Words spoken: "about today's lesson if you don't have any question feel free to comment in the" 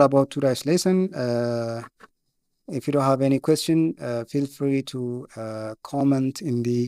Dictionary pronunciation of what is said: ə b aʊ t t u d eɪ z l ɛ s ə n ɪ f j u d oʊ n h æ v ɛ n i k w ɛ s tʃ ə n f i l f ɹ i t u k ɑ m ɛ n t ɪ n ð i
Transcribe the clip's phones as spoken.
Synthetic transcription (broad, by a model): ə b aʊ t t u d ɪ s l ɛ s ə n ɪ f j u d oʊ n h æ v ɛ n i k w ɛ s tʃ ə n f i l f ɹ i t u k ɑ m ɛ n t ɪ n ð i